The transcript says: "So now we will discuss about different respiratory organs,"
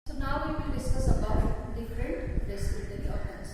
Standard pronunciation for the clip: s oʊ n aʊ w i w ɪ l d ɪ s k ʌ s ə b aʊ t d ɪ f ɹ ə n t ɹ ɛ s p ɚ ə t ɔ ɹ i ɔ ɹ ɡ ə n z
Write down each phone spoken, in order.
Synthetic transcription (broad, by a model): s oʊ n aʊ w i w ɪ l d ɪ s k ʌ s ə b aʊ t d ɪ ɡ ɹ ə t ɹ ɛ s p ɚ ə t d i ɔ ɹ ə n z